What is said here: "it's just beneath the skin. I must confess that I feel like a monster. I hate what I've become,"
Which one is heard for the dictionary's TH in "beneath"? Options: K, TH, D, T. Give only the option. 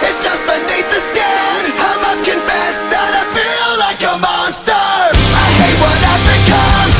T